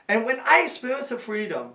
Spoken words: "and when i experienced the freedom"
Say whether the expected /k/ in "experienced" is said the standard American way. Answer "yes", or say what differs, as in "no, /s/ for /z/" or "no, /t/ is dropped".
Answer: no, /k/ is dropped